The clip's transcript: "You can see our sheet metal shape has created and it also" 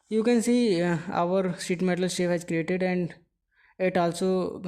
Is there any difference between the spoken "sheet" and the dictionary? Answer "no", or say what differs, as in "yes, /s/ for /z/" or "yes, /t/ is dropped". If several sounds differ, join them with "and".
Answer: yes, /s/ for /ʃ/